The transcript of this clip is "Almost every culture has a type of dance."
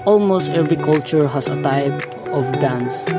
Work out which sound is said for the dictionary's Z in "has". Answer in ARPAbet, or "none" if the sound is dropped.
S